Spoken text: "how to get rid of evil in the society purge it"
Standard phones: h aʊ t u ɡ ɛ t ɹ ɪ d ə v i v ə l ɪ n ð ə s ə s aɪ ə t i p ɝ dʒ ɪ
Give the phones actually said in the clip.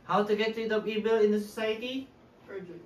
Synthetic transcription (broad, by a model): h aʊ t u ɡ ɛ t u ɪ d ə p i b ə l ɪ n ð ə s ə s aɪ ə t i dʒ